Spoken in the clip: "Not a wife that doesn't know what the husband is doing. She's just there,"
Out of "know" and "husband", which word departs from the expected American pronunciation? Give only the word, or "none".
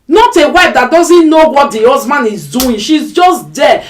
husband